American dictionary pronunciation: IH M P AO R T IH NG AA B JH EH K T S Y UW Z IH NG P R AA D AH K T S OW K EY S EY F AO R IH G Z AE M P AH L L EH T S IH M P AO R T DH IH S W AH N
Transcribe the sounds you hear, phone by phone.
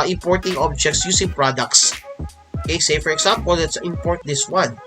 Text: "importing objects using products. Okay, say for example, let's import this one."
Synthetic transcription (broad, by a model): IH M P AO R T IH NG AA B JH EH K T S Y UW S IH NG P R AA D AH K T S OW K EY S EY F AO R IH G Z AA M P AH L L EH T S IH M P AO R T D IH S W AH N